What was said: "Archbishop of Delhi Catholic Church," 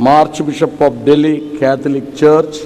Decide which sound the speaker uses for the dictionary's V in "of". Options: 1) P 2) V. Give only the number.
1